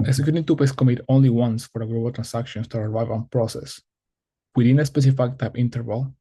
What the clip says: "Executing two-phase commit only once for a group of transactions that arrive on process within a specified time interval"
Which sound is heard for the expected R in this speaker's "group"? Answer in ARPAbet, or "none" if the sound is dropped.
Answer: L